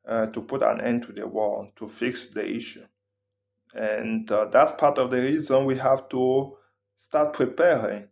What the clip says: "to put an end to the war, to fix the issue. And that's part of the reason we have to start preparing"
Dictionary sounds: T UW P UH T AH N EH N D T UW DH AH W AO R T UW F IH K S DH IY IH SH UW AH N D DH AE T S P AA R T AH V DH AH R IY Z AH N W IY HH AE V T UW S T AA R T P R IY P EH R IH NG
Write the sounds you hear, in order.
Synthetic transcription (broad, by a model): T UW P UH T AH N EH N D T UW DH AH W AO L T UW F IH K S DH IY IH SH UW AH N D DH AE T S P AA R T AH V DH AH R IY Z AH N W IY HH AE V T UW S T AA R T P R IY P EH R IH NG